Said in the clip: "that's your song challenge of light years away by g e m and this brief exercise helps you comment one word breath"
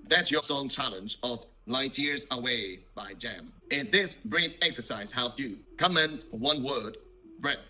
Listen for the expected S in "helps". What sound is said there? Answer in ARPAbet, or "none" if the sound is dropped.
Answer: none